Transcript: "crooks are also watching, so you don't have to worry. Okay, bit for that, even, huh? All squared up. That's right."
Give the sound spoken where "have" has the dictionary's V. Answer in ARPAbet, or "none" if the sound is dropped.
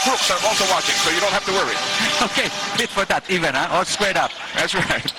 F